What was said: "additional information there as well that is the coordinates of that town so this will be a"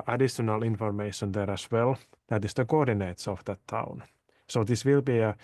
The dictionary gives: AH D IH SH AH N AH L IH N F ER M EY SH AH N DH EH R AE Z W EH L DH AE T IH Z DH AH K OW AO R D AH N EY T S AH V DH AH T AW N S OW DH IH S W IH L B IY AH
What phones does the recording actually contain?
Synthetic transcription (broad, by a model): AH D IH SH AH N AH L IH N F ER M EY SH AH N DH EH R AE S W EH L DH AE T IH S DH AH K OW AO R D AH N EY T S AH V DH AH T AW N S OW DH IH S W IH L B IY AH